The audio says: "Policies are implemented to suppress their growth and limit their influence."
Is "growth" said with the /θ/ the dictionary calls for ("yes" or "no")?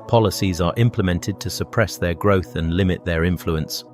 yes